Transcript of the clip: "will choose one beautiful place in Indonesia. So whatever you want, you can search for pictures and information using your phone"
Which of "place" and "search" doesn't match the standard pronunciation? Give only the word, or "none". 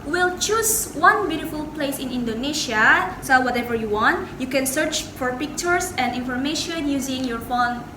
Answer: none